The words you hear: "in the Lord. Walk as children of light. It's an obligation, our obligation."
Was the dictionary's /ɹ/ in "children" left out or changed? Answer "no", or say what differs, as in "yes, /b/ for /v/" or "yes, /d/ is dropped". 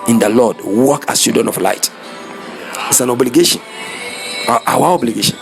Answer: yes, /ɹ/ is dropped